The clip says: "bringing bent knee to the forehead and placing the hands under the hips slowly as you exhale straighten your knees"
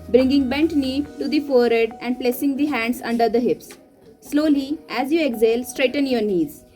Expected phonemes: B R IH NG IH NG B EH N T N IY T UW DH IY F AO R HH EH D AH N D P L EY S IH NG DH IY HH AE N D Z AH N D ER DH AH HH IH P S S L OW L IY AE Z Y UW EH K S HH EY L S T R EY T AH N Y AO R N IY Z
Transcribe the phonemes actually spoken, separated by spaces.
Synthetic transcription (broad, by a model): B R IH NG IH NG B EH N T N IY T UW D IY F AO R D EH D AH N D P L EY S IH NG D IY HH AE N D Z AH N D ER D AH HH IH P S S L OW L IY AE Z Y UW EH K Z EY L S T R EY T AH N Y AO R N IY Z